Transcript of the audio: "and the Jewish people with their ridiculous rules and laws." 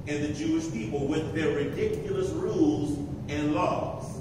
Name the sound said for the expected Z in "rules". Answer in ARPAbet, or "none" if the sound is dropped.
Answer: Z